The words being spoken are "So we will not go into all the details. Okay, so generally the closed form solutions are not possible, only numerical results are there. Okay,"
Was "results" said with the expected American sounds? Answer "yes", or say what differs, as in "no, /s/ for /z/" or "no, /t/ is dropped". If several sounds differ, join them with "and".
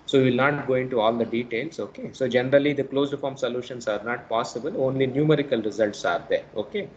yes